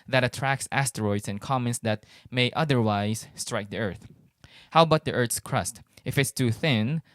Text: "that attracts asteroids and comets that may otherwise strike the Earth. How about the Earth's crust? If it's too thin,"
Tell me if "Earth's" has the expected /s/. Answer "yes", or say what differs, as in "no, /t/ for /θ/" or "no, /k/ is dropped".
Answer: yes